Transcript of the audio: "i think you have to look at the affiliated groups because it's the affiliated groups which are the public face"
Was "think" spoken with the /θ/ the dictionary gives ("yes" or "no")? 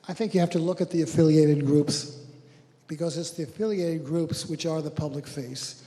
yes